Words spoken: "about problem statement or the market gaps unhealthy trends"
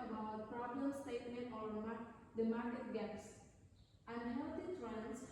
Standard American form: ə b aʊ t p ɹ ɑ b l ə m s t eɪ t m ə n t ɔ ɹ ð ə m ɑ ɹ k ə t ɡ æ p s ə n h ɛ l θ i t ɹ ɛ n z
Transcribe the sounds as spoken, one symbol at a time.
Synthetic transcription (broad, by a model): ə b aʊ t p ɹ ɑ b l ə m s t eɪ t m ə n t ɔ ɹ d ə m ɑ ɹ k ə t ɡ æ p s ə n h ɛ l t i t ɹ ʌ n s